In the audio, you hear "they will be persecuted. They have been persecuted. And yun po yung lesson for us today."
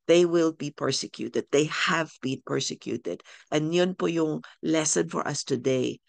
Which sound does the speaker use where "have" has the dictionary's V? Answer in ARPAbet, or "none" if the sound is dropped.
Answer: V